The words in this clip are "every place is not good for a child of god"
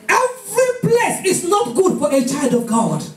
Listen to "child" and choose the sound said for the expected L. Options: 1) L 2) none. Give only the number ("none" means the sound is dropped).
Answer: 1